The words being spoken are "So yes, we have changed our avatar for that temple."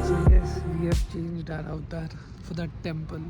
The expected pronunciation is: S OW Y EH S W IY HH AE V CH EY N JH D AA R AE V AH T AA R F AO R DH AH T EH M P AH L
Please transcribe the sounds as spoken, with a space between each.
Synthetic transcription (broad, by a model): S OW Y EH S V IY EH F CH EY N JH D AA R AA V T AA R F AO R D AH T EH M P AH L